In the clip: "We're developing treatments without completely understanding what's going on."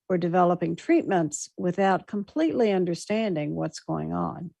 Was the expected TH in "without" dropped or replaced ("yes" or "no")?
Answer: no